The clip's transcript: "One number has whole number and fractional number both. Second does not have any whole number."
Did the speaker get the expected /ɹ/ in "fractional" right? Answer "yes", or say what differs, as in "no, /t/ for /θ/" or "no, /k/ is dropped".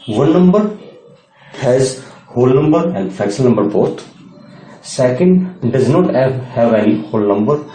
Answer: no, /ɹ/ is dropped